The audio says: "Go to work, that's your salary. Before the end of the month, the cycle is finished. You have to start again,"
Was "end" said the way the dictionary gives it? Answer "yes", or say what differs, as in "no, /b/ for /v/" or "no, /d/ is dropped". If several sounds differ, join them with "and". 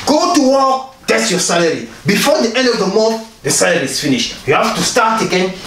yes